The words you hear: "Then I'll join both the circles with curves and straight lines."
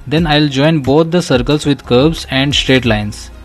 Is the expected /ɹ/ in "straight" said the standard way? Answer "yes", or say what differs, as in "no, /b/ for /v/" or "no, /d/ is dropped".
yes